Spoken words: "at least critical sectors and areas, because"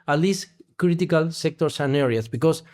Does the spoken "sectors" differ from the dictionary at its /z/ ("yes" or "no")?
yes